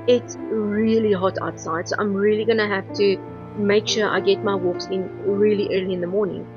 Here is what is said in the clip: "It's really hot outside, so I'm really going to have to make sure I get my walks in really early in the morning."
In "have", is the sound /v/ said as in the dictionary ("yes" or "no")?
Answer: no